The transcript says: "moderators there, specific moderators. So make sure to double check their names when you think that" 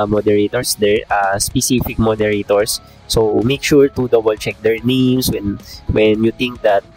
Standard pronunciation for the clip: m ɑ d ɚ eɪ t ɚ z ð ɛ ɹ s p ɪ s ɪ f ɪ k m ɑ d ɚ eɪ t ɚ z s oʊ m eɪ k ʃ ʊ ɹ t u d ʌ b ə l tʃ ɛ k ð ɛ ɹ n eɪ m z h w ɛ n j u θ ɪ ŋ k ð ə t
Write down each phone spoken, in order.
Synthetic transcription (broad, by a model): m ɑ d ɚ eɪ t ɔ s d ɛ ɹ s p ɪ s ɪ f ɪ k m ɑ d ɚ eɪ t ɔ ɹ s oʊ m eɪ k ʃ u ɹ t u d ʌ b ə l tʃ ɛ k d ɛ ɹ n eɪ m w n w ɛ n j u t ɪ ŋ k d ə t